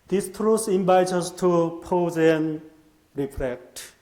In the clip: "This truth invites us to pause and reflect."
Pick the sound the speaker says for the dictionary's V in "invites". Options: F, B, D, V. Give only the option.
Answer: B